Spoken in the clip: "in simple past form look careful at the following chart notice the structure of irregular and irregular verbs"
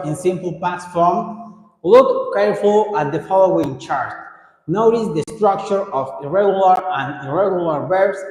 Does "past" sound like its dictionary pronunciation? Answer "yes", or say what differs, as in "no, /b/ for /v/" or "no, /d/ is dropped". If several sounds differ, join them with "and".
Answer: no, /s/ is dropped